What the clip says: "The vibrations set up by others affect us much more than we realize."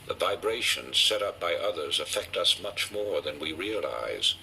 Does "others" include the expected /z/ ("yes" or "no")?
yes